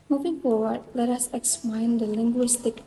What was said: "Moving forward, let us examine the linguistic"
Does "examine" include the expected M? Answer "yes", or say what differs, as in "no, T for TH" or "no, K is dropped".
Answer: no, M is dropped